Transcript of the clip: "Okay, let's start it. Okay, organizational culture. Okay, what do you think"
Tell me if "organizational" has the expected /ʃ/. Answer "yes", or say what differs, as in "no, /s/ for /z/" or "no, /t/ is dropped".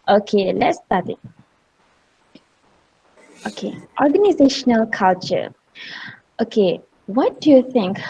yes